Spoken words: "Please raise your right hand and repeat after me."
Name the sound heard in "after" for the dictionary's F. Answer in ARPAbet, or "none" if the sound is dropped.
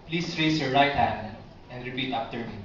P